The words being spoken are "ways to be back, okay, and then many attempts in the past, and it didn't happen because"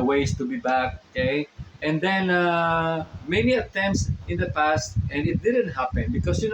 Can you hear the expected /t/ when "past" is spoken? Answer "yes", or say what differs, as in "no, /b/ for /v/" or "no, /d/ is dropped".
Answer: yes